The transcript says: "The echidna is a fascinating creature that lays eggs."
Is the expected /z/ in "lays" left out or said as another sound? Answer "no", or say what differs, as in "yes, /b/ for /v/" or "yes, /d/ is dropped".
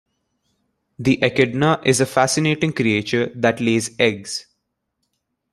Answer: no